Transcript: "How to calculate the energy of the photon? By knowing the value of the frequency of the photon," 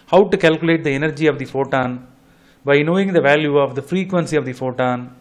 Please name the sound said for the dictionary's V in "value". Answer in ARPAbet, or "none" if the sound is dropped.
V